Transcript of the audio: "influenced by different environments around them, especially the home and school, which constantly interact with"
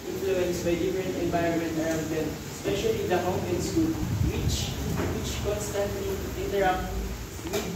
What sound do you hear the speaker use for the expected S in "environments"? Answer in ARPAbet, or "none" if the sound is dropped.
none